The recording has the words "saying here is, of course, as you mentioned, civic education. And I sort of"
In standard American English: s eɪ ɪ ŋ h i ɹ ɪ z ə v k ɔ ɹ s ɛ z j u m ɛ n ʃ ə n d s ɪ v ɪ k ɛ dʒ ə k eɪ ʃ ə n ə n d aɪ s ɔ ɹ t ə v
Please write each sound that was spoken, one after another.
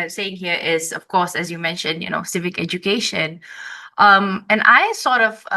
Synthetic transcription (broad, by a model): s eɪ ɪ ŋ h i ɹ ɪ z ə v k ɔ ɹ s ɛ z j u m ɛ n ʃ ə n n s ɪ v ɪ k ɛ dʒ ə k eɪ ʃ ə n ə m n aɪ s ɔ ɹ t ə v